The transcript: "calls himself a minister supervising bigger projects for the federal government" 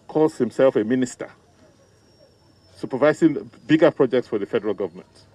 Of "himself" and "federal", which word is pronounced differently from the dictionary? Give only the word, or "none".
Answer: none